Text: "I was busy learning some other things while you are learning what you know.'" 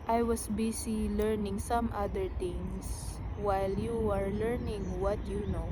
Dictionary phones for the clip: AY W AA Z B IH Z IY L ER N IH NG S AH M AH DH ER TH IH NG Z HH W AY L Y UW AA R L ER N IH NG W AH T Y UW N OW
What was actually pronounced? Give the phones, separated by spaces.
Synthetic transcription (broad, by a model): AY W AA S B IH S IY L ER N IH NG S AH M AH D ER T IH NG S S W AY L Y UW AA R L ER N IH NG W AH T Y UW N OW